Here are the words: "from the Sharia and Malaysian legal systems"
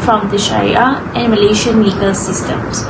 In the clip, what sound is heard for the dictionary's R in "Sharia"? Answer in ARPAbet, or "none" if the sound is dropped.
none